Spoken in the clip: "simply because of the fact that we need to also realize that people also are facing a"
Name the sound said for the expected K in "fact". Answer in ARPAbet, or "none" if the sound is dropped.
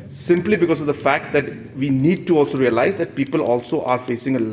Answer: K